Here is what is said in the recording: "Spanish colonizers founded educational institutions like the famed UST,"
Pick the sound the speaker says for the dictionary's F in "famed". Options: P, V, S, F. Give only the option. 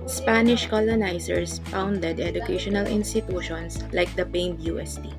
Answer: P